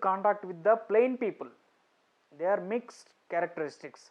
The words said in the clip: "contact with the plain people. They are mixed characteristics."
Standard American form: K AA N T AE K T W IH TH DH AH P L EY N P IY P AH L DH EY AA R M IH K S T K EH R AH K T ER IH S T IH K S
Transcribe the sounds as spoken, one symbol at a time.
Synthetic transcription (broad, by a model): K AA N T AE K T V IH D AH P L EY N P IY P AH L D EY AA R M IH K S T K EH R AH K T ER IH S T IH K S